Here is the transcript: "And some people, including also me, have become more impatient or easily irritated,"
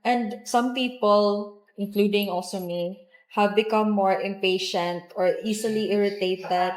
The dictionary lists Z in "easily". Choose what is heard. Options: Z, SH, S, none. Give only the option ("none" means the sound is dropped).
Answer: S